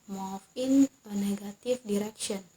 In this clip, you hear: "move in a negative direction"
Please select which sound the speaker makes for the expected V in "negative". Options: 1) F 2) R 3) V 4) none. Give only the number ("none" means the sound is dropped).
1